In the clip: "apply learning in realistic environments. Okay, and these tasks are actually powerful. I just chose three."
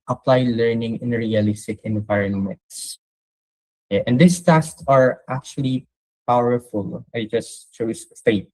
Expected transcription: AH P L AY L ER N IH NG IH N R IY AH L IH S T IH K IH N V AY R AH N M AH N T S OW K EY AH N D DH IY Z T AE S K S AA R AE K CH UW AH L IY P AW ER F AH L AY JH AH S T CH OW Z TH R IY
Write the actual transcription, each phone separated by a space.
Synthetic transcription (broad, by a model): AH P L AY L ER N IH NG IH N R IY AH L IH S T IH K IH N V AY R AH N M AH N T S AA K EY AH N D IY S T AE S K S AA R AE K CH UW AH L IY P AW ER F AH L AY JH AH S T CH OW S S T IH